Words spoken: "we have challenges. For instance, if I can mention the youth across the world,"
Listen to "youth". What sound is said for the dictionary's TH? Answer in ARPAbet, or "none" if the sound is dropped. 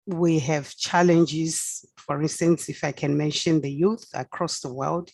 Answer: TH